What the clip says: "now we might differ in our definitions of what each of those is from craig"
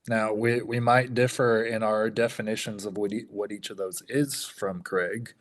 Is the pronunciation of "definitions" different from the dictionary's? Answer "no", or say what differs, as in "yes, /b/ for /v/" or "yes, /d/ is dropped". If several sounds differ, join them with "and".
no